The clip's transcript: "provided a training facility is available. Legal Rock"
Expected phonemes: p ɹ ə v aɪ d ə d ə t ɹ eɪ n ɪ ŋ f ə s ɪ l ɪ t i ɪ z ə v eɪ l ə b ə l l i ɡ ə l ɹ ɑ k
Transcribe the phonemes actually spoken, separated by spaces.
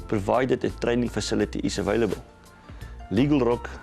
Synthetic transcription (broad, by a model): p ɹ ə v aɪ d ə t ə t ɹ eɪ n ɪ ŋ f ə s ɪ l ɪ t i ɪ s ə v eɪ l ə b ə l l i ɡ ə l ɹ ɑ k